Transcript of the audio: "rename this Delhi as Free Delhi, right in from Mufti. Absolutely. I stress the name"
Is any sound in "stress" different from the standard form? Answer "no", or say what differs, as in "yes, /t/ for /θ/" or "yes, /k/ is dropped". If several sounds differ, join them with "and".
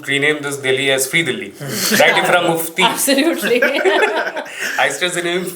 yes, /ɹ/ is dropped